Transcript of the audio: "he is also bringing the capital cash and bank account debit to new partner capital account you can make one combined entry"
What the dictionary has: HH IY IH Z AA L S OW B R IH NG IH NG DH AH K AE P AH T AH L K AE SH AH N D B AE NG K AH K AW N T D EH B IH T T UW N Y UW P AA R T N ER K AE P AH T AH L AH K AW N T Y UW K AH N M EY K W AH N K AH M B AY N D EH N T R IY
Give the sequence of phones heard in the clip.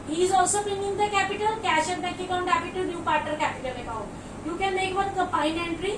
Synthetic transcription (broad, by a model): HH IY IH Z AA L S OW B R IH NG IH NG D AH K AE P AH T AH L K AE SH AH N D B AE K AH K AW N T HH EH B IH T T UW N Y UW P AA R T ER K AE P AH T AH L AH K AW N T Y UW K AH N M EY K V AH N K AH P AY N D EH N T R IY